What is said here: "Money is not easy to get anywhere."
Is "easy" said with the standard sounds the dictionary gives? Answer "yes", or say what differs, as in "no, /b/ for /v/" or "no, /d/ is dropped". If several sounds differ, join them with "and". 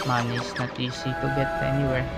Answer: no, /s/ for /z/